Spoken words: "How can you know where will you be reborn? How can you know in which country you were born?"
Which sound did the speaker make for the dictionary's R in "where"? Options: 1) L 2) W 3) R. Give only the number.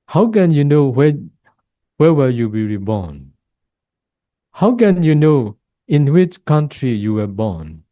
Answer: 2